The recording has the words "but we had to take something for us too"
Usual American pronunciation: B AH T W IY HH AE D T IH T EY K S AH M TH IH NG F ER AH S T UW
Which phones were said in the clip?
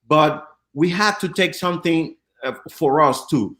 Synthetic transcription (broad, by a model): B AH T W IY HH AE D T IH T EY K S AH M TH IH NG F ER AH S T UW